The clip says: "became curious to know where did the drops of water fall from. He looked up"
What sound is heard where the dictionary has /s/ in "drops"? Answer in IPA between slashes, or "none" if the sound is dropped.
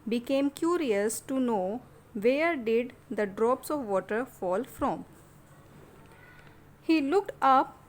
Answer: /s/